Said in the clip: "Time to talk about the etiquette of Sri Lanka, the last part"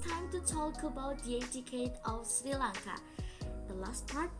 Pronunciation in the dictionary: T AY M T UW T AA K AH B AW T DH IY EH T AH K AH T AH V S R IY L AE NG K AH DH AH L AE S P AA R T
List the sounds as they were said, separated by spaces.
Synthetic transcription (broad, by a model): T AY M T UW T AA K AH B AW T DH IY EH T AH K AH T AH F S R IY L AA NG K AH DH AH L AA S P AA R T